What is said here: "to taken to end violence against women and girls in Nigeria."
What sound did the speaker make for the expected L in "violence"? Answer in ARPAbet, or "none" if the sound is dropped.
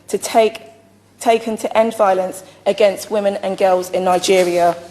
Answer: L